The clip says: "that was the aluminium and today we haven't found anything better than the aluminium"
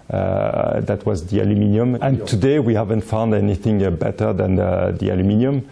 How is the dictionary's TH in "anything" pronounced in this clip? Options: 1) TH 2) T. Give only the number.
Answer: 1